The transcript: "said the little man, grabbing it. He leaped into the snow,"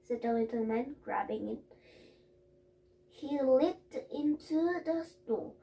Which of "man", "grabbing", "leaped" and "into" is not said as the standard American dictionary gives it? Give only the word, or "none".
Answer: leaped